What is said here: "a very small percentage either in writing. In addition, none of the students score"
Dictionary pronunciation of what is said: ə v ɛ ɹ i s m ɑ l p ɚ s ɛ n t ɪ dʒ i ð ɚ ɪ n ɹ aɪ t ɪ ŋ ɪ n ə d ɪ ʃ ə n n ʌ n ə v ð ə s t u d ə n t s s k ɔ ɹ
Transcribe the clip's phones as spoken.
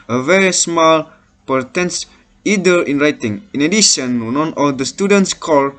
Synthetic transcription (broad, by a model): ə v ɛ ɹ i s m ɑ l p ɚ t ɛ n s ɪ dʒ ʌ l ɪ n ɹ aɪ t ɪ ŋ ɪ n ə d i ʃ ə n n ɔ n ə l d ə s t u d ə n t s s k ɔ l